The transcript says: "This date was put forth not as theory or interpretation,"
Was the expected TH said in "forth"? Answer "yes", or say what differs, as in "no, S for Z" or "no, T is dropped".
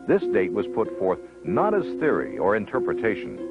yes